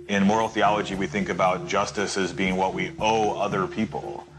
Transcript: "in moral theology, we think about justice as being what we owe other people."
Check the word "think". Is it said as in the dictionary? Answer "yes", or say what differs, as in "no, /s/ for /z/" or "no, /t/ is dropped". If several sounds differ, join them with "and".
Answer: yes